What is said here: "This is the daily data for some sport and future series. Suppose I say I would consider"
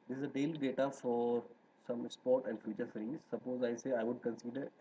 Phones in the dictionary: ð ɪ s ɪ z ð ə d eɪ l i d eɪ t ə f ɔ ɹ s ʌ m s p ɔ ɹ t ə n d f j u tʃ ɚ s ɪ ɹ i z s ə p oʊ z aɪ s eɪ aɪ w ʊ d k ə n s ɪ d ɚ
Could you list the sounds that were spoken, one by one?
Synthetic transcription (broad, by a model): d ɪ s ɪ z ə d eɪ l i d eɪ t ə f ɔ ɹ s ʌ m s p ɔ ɹ t ə n d f j u tʃ ɚ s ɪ ɹ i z s ə p oʊ z aɪ s eɪ aɪ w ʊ d k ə n s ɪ d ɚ